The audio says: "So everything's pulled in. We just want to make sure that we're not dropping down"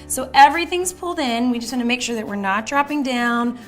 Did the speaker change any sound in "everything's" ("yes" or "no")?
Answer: no